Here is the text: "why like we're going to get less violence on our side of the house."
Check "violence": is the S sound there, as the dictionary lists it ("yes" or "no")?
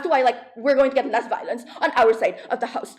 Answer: yes